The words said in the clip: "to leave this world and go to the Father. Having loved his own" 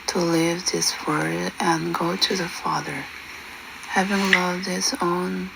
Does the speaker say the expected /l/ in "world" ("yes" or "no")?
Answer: no